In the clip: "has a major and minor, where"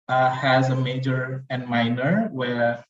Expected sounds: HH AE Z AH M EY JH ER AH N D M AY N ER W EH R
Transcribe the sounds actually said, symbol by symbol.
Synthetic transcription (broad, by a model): HH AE Z AH M EY JH ER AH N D M AY N ER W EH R